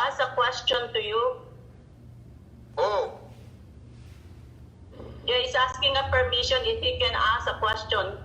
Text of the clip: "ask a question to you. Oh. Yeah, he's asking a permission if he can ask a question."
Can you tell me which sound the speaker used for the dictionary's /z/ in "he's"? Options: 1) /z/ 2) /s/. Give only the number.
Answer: 2